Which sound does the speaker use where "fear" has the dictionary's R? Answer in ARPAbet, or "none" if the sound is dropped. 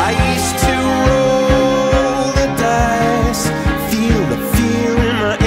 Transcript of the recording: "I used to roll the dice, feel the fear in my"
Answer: L